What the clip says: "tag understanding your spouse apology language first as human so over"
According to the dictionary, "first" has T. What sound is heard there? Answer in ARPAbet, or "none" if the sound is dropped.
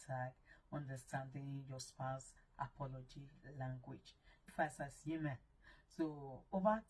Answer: none